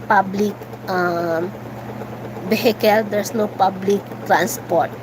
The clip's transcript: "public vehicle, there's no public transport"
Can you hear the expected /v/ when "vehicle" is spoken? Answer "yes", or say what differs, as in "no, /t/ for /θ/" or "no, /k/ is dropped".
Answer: no, /b/ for /v/